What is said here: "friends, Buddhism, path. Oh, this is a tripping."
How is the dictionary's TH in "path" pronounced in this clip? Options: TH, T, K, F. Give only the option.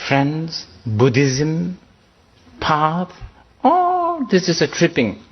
T